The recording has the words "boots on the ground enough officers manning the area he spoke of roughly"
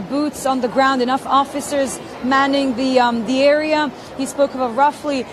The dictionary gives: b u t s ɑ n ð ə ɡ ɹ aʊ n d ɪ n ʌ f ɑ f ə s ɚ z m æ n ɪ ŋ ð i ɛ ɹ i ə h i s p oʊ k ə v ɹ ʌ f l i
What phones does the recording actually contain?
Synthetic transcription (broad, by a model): b u t s n ð ə ɡ ɹ aʊ n d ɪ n ʌ f ɑ f ə s ɚ z m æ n ɪ ŋ ð i ɛ ɹ i ə h i s p oʊ k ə v ɹ ʌ f l i